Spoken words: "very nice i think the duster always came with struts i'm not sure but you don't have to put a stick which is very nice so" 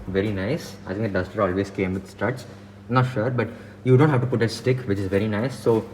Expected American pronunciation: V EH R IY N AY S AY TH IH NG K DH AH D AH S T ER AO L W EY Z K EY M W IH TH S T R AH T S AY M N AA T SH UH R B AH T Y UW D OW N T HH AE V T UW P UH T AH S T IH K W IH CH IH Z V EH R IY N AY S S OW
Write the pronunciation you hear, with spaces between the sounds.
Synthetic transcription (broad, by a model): V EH R IY N AY S AY T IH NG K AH D AH S T ER AO L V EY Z K EY M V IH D S T R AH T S N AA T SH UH R B AH T Y UW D OW N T HH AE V T UW P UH T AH S T IH K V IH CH IH Z V EH R IY N AY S S OW